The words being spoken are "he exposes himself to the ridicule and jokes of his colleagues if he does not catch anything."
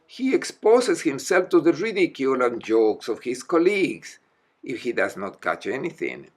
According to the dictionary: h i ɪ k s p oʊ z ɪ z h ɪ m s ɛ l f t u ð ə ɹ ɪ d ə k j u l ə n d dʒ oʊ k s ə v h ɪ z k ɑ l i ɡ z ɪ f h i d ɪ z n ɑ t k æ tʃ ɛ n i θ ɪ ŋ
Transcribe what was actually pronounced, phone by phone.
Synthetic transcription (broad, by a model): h i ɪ k s p oʊ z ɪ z h ɪ m s ɛ l f t u ð ə ɹ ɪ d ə k j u l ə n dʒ oʊ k s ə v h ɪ s k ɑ l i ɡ s ɪ f h i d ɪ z n ɑ t k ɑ tʃ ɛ n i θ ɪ ŋ